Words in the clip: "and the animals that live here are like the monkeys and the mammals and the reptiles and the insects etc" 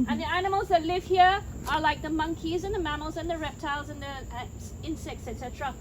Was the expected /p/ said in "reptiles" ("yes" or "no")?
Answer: yes